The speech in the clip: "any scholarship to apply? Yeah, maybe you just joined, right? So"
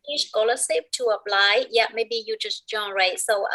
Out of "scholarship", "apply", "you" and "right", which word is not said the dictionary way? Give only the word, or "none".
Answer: scholarship